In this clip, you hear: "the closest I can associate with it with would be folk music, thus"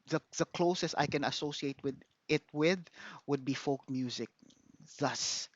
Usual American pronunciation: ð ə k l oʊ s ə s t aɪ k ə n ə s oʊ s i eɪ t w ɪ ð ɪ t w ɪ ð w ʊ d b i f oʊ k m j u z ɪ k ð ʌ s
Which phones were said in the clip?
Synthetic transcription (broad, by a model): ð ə k l oʊ s ə s t aɪ k ə n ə s oʊ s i eɪ t w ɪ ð ɪ t w ɪ ð w ʊ d b i f oʊ k m j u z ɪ k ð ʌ s